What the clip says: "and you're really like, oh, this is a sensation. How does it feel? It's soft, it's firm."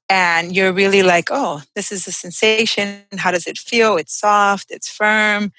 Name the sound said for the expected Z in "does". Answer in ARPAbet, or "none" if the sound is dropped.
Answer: Z